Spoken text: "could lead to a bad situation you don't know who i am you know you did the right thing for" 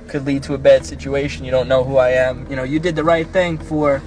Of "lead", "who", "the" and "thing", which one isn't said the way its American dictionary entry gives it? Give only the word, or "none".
none